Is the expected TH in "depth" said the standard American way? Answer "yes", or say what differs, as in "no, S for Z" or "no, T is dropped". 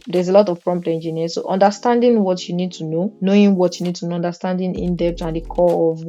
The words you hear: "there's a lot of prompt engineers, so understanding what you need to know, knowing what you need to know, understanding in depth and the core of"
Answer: no, T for TH